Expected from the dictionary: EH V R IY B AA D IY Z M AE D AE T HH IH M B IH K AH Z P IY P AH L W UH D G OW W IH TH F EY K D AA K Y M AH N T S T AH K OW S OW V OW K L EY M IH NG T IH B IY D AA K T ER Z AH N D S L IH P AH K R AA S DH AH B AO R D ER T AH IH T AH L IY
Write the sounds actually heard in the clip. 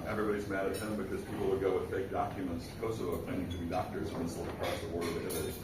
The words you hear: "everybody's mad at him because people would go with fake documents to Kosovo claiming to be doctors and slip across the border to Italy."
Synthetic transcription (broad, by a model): EH V R IY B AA D IY Z M AE D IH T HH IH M B IH K AH Z P IY P L W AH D G OW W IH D F EY K D AA K Y M AH N T S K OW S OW UH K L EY IH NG T IH B IY D AA K T ER Z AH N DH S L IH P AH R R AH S DH AH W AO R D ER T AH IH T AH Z